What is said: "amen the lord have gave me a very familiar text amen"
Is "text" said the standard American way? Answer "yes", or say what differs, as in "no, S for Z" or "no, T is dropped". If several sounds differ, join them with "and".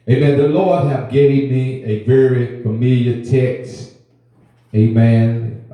yes